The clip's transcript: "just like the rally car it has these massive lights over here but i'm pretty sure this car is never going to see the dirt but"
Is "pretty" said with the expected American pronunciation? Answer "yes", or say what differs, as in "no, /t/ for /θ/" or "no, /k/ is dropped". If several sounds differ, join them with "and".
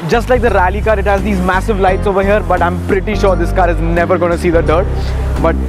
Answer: yes